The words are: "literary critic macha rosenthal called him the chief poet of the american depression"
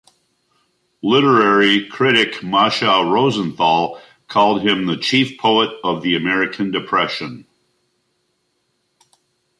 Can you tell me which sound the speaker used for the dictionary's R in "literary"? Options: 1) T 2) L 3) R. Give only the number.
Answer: 3